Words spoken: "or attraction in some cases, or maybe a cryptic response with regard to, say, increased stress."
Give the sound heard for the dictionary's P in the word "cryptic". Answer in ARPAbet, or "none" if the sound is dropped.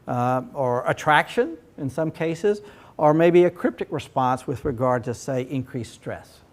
P